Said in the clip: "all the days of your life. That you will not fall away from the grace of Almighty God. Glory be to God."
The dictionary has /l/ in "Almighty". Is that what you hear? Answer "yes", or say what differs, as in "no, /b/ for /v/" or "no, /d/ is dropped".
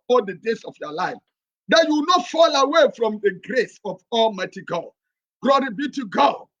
yes